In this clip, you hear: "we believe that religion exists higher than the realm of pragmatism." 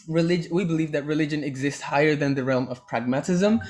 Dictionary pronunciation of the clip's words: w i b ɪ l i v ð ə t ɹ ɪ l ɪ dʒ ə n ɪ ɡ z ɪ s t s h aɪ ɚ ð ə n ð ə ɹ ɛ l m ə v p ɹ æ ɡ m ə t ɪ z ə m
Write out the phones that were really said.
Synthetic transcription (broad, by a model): w i b ɪ l i v ð ə t ɹ ɪ l ɪ dʒ ə n ɪ ɡ z ɪ s t s h aɪ ɚ ð ə n ð ə ɹ ɛ l m ə v p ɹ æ ɡ m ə t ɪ z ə m